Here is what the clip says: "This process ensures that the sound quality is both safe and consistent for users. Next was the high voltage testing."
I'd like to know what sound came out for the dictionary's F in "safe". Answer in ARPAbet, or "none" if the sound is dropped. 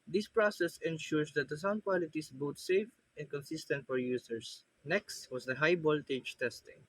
F